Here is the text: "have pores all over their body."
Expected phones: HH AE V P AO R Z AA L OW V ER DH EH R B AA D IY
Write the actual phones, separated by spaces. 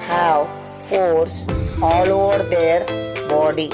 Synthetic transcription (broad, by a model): HH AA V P AO R S AA L OW V ER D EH R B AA D IY